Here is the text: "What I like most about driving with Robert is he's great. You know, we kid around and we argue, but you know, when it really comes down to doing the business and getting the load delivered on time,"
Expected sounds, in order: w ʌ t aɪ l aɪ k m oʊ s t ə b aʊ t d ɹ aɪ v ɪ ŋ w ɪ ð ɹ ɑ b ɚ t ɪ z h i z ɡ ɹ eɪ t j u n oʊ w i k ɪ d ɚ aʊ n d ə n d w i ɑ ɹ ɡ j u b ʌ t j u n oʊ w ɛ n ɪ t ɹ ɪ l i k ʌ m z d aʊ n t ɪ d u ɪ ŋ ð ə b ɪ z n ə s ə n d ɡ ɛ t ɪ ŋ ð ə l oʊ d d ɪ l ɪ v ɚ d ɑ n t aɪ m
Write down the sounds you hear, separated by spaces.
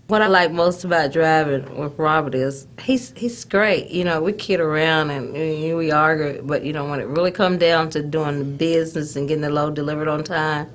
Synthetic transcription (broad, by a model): w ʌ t aɪ l aɪ k m oʊ s t ə b aʊ t d ɹ aɪ v ɪ ŋ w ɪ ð ɹ ɑ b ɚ t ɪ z h i z ɡ ɹ eɪ t j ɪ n oʊ w i k ɪ d ɚ aʊ n d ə n w i ɑ ɹ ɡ j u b ʌ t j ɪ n oʊ w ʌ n ɪ t ɹ ɪ l i k ʌ m d aʊ n t ɪ d u ɪ ŋ ð ə b ɪ z n ə s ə n ɡ ɛ t ɪ ŋ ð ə l oʊ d d ɪ l ɪ v ɚ d n t aɪ m